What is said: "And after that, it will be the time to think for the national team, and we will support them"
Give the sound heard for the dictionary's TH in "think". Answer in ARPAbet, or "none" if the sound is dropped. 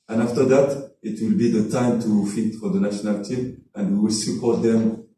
F